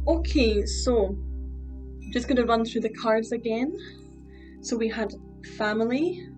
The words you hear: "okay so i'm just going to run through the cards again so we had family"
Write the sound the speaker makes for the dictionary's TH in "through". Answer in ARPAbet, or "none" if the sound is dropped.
TH